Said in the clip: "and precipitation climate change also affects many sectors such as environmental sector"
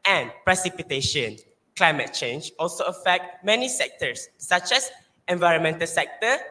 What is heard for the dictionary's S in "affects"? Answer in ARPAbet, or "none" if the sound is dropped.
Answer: none